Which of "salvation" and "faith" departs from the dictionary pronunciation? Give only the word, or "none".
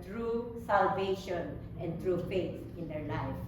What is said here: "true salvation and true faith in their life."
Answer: faith